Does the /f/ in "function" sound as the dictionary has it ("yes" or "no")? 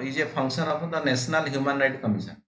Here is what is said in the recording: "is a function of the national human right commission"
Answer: no